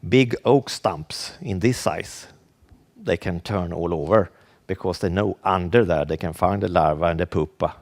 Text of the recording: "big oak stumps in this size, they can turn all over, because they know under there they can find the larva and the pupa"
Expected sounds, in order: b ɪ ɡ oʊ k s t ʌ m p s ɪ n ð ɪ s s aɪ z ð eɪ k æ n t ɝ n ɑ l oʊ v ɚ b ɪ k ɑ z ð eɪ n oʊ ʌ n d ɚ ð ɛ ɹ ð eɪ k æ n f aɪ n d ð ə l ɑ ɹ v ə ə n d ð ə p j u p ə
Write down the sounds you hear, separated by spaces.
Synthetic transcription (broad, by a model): b ɪ ɡ oʊ k s t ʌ m p s ɪ n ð ɪ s s aɪ s ð eɪ k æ n t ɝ n ɑ l oʊ v ɚ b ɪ k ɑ s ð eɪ n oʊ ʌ n d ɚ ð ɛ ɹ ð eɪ k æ n f aɪ n d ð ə l ɑ ɹ v ə ə n d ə p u p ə